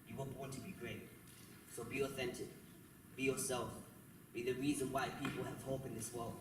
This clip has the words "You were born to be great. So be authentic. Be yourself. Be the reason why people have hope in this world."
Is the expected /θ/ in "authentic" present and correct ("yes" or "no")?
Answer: yes